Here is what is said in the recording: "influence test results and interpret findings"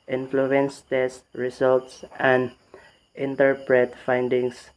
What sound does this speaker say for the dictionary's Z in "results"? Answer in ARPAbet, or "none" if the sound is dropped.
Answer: S